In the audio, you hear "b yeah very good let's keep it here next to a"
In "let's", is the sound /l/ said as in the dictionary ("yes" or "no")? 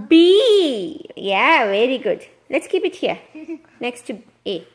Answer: yes